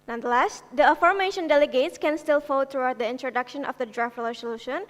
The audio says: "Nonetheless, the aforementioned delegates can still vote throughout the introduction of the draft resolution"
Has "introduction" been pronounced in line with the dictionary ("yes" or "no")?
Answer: yes